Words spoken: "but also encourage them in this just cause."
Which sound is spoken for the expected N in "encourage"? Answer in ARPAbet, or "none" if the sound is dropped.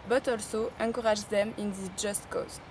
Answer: none